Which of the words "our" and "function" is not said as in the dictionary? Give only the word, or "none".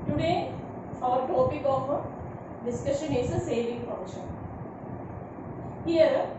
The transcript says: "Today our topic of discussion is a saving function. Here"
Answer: function